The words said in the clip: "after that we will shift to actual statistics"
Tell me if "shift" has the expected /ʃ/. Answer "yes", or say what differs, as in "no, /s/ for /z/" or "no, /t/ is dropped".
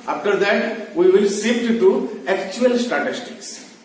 no, /s/ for /ʃ/